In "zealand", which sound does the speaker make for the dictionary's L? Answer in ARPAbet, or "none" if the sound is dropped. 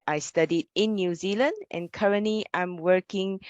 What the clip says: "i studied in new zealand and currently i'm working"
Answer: L